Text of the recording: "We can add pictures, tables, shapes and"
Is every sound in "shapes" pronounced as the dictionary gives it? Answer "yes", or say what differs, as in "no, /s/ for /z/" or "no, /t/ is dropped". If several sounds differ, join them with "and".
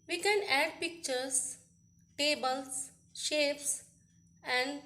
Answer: yes